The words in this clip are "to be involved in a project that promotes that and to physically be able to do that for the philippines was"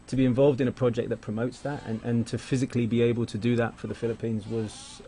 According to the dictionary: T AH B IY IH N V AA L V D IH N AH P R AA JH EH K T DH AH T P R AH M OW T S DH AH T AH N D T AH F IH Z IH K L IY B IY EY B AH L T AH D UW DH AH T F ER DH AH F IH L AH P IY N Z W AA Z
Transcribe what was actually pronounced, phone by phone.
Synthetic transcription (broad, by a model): T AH B IY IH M V AA L V D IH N AH P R AA JH EH K DH AH T P R AH M OW T S DH AH T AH N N T AH F IH Z IH K L IY B IY EY B AH L T AH D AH DH AH T F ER DH AH F IH L AH P IY N Z W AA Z